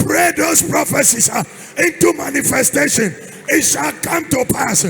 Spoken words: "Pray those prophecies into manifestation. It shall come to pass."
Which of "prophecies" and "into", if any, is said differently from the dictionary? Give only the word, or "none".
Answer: prophecies